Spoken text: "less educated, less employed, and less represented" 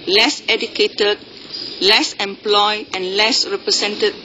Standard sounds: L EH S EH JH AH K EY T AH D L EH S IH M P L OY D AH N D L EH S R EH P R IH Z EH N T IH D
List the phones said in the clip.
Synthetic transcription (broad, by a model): L EH S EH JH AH K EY T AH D L EH S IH M P L OY AH N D L EH S R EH P R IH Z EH N T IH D